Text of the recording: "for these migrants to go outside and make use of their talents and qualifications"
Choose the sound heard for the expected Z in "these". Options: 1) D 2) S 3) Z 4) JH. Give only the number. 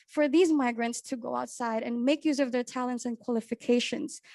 3